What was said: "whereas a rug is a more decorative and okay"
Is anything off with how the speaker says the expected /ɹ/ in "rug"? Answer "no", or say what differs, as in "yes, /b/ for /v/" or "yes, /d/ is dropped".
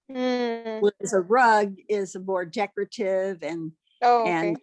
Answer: no